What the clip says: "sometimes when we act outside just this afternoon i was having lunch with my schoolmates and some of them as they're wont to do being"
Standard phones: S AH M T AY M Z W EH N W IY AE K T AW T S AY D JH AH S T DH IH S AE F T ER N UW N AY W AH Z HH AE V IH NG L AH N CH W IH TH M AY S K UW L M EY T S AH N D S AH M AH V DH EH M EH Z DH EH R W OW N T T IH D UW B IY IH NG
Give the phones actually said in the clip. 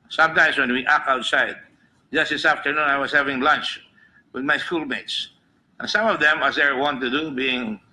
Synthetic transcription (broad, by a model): S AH M T AY M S W EH N W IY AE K AW T S AY D JH AH S T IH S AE F T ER N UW N AY W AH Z HH AE V IH NG L AH N CH W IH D M AY S K UW L M EY T S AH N S AH M AH V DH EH M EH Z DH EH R W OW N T T IH D UW B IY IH NG